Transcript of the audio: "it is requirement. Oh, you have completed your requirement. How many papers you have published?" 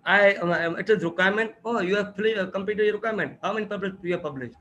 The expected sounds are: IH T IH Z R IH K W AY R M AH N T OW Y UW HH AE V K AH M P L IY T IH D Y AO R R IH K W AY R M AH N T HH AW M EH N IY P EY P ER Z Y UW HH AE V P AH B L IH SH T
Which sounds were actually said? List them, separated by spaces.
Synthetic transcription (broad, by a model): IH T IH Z R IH K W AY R M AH N T OW Y UW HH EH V K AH M P IY T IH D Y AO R R IH K W AY R M AH N T HH AW M EH N IY P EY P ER S Y UW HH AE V P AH B L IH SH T